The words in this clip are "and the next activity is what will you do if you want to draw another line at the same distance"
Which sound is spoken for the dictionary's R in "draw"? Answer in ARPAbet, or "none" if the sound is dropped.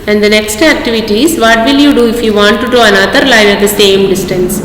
none